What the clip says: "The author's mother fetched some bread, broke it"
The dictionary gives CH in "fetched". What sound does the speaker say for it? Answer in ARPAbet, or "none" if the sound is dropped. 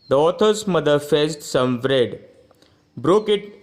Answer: S